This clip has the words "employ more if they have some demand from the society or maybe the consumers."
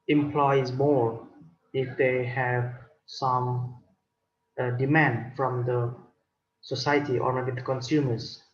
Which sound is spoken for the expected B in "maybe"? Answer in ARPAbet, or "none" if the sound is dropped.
none